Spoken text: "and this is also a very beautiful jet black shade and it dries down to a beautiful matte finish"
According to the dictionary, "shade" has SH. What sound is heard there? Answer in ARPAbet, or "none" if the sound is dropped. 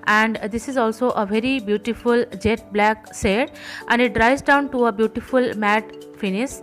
S